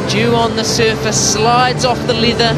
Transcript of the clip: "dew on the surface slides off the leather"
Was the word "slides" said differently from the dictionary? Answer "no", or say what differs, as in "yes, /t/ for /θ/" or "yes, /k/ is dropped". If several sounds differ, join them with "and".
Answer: no